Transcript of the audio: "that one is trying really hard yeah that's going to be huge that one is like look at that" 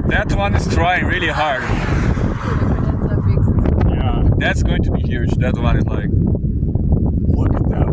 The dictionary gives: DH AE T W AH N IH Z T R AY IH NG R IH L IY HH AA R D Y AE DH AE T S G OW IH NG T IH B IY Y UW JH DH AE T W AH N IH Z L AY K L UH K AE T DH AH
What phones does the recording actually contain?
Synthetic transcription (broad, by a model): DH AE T W AH N IH Z T R AY IH NG R IH L IY HH AA R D Y AE DH AE T S G OW IH NG T IH B IY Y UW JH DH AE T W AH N IH Z L AY K W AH IH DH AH